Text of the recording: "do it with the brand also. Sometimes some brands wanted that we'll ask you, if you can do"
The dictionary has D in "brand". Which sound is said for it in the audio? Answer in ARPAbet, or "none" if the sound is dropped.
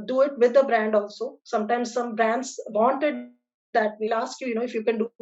D